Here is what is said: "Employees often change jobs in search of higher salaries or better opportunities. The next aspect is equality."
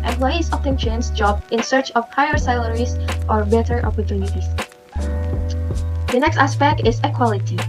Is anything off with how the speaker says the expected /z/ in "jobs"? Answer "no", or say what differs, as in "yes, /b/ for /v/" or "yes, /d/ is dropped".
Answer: yes, /z/ is dropped